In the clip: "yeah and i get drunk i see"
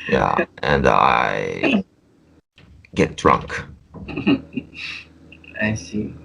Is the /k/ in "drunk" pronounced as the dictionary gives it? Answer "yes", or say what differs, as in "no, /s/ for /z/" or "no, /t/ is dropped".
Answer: yes